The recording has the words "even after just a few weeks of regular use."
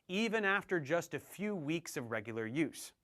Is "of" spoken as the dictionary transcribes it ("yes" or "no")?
yes